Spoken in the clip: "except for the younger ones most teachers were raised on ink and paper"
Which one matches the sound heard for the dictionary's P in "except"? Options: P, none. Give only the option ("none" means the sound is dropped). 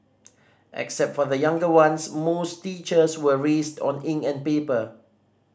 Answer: P